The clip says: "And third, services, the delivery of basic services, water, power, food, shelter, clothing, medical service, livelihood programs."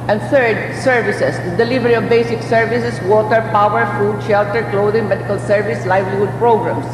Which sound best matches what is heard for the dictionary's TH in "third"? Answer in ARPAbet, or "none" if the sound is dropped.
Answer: T